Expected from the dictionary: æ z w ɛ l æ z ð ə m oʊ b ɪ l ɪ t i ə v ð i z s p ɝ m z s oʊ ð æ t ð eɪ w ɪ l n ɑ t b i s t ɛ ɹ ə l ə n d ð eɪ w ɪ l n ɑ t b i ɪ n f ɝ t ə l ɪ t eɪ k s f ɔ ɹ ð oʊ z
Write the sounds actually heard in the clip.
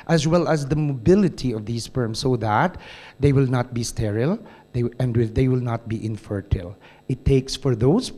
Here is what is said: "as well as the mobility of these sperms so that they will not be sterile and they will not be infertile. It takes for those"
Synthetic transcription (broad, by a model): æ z w ɛ l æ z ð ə m oʊ b ɪ l ɪ t i ə v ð i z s f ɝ m s oʊ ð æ t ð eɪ w ɪ l n ɑ t b i s t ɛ ɹ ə l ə n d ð eɪ w ɪ l n ɑ t b i ɪ n f ɝ t ə l ɪ t eɪ k s f ɔ ɹ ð oʊ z